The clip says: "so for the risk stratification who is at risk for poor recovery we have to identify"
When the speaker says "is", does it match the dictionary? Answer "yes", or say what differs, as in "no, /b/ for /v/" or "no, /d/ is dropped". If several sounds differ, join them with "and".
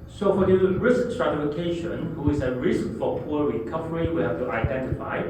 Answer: no, /s/ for /z/